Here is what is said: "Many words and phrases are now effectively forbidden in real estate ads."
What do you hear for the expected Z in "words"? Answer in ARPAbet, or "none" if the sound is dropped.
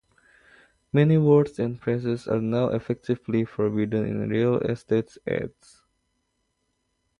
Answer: S